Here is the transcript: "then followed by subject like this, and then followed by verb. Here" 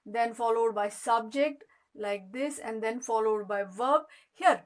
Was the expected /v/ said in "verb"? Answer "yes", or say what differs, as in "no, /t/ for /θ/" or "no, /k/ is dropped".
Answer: yes